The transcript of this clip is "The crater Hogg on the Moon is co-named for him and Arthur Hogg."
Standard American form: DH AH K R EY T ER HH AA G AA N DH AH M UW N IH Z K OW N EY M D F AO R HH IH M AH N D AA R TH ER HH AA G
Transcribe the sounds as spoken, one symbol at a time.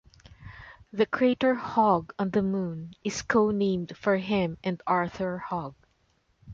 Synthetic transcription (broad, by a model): DH AH K R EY T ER HH AA G AA N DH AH M UW N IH S K OW N EY M D F AO R HH IH M AH N D AA R TH ER HH AA G